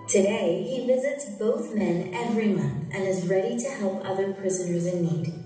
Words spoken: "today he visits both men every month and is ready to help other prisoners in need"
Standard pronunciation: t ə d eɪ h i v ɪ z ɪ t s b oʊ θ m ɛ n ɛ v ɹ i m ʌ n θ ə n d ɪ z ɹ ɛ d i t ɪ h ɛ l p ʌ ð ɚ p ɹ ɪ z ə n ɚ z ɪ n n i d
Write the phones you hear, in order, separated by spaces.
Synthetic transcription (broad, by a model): t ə d eɪ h i v ɪ z ɪ t s b oʊ θ m ɛ n ɛ v ɹ i m ʌ n θ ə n ɪ z ɹ ɛ d i t ɪ h ɛ l p ʌ ð ɚ p ɹ ɪ z ə n ɚ z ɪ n n i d